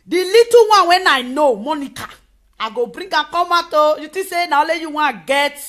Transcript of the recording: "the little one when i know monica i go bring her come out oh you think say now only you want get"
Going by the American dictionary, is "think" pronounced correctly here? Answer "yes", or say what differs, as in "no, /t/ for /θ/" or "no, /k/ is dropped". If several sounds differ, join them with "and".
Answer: no, /t/ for /θ/